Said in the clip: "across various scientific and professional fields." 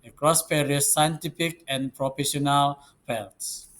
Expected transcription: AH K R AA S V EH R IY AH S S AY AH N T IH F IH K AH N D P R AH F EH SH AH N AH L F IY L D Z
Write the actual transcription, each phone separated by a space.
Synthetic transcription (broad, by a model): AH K R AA S P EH R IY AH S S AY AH N T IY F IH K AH N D P R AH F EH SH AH N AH L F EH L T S